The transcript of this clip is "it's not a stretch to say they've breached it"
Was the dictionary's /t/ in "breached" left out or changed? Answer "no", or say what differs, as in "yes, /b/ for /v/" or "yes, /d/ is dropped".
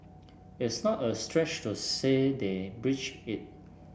yes, /t/ is dropped